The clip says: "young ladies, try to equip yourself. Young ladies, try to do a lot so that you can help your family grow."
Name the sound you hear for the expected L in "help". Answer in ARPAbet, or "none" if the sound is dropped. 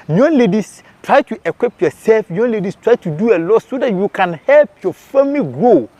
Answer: L